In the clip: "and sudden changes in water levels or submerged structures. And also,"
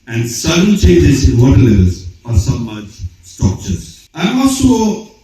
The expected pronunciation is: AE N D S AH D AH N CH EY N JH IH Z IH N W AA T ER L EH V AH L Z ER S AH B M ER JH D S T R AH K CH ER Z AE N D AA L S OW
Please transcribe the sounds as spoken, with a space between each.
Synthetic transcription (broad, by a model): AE N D S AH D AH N CH EY N JH IH Z IH N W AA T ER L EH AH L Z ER S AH M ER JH S T R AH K CH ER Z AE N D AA L S OW